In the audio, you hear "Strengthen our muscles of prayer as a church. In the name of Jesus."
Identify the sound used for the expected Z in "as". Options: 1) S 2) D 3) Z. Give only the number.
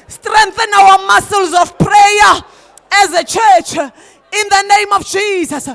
3